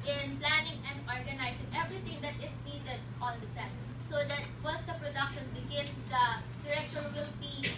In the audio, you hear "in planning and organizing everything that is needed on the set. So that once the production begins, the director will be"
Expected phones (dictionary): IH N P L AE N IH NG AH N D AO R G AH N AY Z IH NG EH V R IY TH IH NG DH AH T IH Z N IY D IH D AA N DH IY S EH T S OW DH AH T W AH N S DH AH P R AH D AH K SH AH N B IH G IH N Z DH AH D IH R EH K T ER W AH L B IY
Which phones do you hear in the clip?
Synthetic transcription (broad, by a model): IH N P L AE N IH NG AH N D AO R G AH N AY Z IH NG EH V R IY T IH NG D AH T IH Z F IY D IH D AA N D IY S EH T S OW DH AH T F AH S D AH P R AH D AH K SH AH N B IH G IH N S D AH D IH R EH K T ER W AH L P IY